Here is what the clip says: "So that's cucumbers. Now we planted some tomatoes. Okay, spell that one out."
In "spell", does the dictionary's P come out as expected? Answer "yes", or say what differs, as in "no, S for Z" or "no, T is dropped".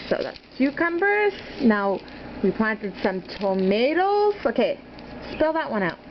yes